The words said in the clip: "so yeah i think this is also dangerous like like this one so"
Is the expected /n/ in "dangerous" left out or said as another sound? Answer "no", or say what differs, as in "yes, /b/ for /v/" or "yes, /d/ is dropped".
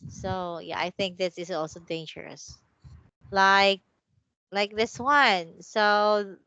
no